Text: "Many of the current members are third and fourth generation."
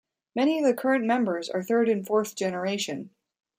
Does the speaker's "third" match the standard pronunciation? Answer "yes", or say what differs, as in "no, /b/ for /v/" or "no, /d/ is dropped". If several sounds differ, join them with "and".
yes